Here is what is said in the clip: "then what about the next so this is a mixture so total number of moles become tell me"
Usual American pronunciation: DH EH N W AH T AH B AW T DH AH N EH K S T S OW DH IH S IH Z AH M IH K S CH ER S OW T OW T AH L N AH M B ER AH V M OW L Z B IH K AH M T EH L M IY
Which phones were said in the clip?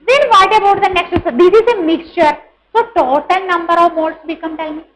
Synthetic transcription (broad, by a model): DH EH N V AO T AH B AW T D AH N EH K S T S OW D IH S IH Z AH M IH K S CH ER S OW T OW T AH L N AH M B ER AH V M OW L S B IH K AH M T EH L M IY